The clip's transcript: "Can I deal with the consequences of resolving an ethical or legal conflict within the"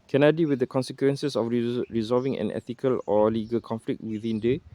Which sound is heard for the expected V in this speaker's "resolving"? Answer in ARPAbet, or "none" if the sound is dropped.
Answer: V